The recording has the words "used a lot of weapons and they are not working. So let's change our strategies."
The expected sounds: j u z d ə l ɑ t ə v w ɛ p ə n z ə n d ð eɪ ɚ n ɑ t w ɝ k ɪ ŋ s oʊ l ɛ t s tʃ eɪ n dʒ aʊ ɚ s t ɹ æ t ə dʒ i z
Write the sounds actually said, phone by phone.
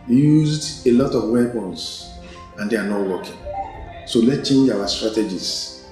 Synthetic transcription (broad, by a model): j u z d ə l ɑ t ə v w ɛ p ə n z ə n d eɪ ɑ n ɑ t w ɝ k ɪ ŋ s oʊ l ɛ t tʃ eɪ n dʒ aʊ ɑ s t ɹ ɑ t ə dʒ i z